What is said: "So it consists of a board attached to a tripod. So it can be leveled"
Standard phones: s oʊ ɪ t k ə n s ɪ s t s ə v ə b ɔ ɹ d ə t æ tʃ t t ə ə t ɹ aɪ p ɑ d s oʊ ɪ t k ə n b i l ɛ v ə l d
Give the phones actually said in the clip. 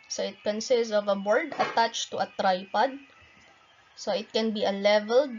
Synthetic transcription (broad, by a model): s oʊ ɪ t k ə n s ɪ s t s ə v ə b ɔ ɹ d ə t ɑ tʃ t t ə ə t ɹ aɪ p ɑ d s oʊ ɪ t k ə n b i l ɛ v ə l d